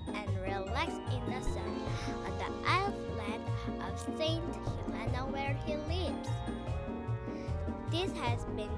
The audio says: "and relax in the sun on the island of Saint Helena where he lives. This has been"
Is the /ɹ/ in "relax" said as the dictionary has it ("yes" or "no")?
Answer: yes